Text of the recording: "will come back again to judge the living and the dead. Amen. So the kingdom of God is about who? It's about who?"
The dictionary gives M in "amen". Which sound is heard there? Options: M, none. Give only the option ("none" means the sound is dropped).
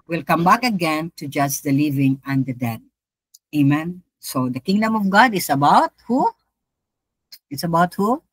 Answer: M